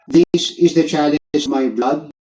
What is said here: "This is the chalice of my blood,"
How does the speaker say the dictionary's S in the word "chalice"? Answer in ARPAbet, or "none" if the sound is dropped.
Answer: none